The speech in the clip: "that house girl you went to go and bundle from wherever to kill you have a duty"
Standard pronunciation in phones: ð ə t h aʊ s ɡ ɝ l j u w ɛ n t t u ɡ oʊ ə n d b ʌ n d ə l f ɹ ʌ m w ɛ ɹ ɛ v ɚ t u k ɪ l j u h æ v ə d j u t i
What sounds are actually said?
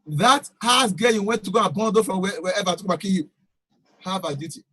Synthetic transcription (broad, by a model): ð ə t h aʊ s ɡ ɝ j u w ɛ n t t u ɡ oʊ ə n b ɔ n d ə f ɹ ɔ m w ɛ w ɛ v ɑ t u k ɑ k j u h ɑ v ə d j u t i